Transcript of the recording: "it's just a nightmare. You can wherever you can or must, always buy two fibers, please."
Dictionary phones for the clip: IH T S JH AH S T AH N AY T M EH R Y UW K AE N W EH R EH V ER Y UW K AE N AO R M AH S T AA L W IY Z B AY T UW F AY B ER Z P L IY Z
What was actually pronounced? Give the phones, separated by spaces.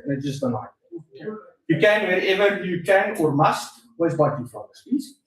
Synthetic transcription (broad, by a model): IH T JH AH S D AH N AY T Y UW K AE N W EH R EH V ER Y UW K AE N AO R M AH S T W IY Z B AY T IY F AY ER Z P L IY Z